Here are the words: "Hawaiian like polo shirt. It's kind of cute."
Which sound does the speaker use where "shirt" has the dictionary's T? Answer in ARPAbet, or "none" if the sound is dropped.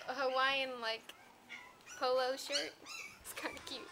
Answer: T